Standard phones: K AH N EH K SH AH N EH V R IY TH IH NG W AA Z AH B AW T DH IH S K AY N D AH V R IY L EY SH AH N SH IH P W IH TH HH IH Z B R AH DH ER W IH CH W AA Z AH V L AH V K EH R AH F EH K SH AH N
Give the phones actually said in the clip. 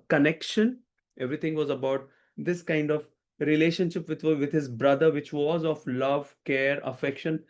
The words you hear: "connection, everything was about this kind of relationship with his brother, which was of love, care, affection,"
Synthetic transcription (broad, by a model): K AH N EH K SH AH N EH V R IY T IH NG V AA Z AH B AW T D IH S K AY N D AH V R IY L EY SH AH N SH IH P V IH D HH IH Z B R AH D ER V IH CH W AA Z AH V L AH V K EH R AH F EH K SH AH N